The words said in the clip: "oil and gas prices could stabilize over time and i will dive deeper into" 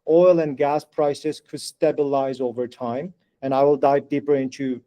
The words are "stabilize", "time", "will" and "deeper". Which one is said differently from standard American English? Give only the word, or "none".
none